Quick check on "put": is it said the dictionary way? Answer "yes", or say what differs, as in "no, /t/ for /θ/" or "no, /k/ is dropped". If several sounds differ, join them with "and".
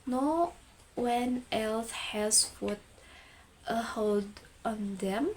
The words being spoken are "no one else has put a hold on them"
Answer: no, /f/ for /p/